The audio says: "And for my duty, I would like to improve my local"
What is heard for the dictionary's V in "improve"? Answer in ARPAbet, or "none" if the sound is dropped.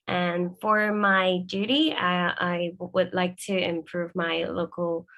V